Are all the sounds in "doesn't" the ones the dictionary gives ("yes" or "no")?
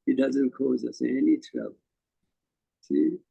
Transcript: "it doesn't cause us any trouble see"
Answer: yes